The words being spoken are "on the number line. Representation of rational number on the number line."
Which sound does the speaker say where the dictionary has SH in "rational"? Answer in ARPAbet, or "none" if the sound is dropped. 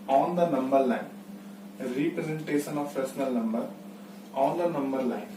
S